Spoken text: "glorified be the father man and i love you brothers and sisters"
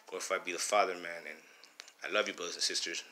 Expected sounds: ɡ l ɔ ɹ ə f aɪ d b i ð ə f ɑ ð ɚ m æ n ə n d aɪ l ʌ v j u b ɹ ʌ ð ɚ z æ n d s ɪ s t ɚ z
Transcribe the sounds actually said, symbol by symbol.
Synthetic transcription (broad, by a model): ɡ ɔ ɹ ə f aɪ b i ð ə f ɑ ð ɚ m æ n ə n aɪ l ʌ v j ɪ b ʌ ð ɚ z n s ɪ s t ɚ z